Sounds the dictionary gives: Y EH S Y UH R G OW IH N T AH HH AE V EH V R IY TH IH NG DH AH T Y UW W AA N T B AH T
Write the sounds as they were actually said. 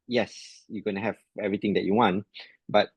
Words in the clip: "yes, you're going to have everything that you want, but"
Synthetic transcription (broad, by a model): Y EH S Y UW G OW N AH HH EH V EH V R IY T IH NG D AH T Y UW W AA N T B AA T